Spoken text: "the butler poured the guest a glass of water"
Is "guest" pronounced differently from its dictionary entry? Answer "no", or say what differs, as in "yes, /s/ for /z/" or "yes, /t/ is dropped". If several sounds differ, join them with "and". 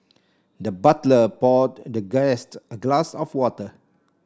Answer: no